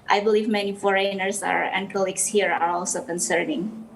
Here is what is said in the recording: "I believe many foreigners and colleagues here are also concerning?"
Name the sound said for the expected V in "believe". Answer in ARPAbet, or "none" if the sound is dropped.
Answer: V